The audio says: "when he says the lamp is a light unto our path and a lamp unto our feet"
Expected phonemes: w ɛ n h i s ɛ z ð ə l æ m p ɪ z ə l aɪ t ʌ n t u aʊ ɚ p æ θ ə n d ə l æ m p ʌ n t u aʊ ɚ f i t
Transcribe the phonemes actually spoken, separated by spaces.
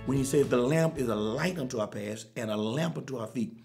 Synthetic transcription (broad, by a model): w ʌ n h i s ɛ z ð ə l æ m p ɪ z ə l aɪ t ʌ n t u aʊ ɚ p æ s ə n ə l æ m p ʌ n t u aʊ ɚ f i t